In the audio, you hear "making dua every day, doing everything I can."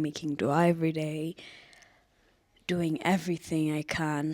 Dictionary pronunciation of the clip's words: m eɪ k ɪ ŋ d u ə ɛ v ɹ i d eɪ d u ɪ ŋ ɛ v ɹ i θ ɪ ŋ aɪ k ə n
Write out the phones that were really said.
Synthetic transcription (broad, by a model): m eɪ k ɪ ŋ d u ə ɛ v ɹ i d eɪ d u ɪ ŋ ɛ v ɹ i θ ɪ ŋ aɪ k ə n